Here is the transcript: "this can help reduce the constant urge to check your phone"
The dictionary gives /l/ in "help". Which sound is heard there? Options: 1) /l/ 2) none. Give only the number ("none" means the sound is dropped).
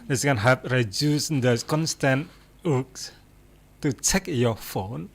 2